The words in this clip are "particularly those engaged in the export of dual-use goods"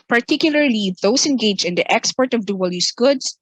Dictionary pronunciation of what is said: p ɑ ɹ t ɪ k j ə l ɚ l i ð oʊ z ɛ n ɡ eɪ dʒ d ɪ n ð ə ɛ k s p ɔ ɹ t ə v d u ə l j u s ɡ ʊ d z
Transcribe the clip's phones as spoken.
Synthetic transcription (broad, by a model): p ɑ ɹ t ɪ k j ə l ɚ l i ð oʊ s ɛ n ɡ eɪ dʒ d ɪ n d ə ɛ k s p ɔ ɹ t ə v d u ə l j u s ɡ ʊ d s